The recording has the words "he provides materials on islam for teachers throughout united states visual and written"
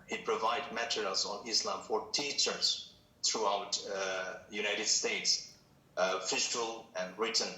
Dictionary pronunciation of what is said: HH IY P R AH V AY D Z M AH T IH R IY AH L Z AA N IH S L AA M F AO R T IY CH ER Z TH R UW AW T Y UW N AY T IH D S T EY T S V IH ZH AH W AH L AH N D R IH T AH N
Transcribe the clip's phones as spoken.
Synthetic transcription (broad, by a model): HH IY P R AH V AY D M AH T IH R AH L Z AA N IH S L AA M F AO R T IY CH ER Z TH R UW AW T Y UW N AY T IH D S T EY T S F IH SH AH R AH L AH N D R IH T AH N